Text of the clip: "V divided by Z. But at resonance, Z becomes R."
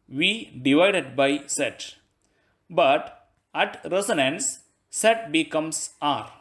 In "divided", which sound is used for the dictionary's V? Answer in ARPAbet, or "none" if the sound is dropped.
V